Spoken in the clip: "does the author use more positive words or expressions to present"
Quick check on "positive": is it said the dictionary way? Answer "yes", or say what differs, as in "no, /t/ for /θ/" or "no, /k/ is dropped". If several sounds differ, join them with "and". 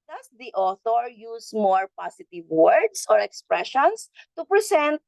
no, /s/ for /z/